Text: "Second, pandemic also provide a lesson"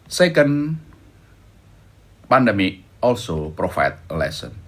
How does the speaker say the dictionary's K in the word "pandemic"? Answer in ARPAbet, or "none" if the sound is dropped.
none